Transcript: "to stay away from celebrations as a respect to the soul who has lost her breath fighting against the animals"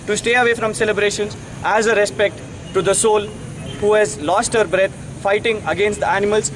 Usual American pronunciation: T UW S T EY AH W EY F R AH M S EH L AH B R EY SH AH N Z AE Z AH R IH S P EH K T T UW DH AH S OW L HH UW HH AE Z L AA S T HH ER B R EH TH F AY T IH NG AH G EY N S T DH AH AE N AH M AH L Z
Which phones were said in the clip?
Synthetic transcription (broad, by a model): T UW S T EY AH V EY F R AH M S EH L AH B R EY SH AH N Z AE Z AH R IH S P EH K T T UW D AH S OW L HH UW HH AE Z L AA S T HH ER B R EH T F AY T IH NG AH G EY N S T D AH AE N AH M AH L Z